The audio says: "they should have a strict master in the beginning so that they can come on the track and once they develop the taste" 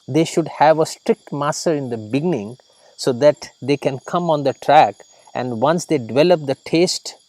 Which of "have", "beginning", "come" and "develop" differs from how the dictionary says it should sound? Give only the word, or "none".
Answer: none